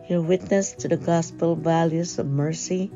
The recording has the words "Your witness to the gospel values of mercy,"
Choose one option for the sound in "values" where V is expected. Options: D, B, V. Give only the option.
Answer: V